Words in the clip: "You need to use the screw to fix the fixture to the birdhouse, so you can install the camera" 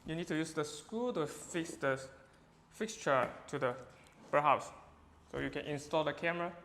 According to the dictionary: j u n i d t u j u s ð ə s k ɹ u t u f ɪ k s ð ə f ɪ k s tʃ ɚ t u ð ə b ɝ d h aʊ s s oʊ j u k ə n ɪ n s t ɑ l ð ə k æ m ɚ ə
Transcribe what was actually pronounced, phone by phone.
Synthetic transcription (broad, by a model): j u n i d t u j u s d ə s k u t u f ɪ k s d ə f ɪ k s tʃ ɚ t u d ə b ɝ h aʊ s s oʊ j u k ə n ɪ n s t ɑ l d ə k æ m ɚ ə